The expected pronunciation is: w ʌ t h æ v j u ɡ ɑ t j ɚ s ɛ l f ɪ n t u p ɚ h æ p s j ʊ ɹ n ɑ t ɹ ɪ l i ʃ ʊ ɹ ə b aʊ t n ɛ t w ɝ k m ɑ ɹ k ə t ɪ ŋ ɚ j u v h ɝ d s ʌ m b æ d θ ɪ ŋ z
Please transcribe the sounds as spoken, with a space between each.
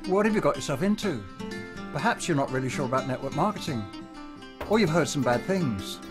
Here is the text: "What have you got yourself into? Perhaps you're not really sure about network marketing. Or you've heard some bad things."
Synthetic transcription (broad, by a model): w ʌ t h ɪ v j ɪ ɡ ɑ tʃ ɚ s ɛ l f ɪ n t u p ɚ h æ p s j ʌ ɹ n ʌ t ɹ ɪ l i ʃ ʊ ɹ ə b aʊ t n ɛ t w ɝ k m ɑ ɹ k ə t ɪ ŋ ɚ j u v h ɝ d s ʌ m b æ d θ ɪ ŋ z